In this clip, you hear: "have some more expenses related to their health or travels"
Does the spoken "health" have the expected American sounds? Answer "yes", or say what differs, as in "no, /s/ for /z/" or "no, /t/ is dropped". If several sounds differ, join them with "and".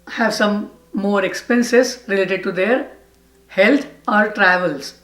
no, /t/ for /θ/